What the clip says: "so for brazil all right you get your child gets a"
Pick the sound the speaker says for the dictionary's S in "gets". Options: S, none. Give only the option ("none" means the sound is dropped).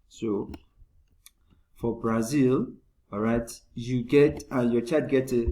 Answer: none